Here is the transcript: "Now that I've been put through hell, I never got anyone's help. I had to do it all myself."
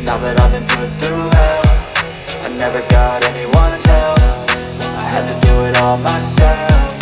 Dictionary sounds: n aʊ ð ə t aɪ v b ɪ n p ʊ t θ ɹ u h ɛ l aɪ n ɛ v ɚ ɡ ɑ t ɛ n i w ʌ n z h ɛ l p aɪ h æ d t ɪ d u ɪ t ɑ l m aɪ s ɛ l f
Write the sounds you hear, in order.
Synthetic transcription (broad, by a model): n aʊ ð ə t aɪ v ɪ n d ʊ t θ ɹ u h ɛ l aɪ n ɛ v ɚ ɡ ɑ t ɛ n i w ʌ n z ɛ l f aɪ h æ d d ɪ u ɪ t ɑ l m aɪ s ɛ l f